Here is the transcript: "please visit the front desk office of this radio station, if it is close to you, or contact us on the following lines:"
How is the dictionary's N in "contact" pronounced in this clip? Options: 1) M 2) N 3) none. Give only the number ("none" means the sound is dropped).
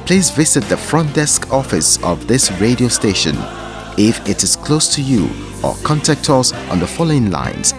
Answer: 2